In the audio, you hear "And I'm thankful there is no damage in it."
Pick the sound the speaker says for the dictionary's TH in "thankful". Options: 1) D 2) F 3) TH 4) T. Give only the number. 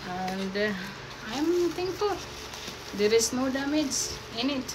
4